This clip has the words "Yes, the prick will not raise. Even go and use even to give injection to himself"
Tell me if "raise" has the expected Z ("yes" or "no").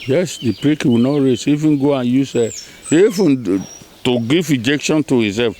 no